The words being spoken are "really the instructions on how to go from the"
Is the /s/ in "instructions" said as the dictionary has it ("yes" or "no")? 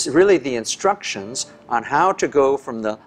yes